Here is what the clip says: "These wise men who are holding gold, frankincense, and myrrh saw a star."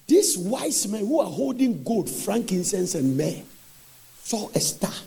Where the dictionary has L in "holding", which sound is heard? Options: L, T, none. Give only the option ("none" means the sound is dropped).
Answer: L